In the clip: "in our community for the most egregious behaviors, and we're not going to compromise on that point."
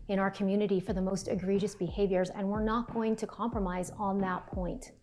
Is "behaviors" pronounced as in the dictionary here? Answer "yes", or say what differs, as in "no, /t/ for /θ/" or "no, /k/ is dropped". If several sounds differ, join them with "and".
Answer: yes